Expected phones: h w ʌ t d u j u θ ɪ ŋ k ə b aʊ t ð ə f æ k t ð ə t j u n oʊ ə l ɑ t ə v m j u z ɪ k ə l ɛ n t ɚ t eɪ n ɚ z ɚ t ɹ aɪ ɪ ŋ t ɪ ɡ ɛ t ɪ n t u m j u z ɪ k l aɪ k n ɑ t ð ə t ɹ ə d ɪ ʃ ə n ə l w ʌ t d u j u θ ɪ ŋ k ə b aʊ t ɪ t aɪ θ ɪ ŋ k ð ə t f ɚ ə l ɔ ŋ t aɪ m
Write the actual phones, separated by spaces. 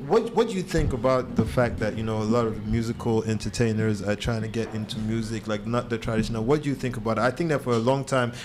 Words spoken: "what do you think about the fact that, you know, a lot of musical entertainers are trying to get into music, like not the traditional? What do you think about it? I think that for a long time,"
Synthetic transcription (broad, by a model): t w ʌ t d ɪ j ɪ θ ɪ ŋ k ə b aʊ t ð ə f æ k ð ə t j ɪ n oʊ ə l ɑ t ə v m j u z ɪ k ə l ɛ n t ɚ t eɪ n ɚ z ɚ t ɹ aɪ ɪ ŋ t ɪ ɡ ɛ t ɪ n t u m j u z ɪ k l aɪ k n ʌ t ð ə t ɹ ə d ɪ ʃ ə n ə l w ʌ t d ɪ j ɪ θ ɪ ŋ k ə b aʊ t ɪ t aɪ θ ɪ ŋ k ð ə t f ɚ ə l ɔ ŋ t aɪ m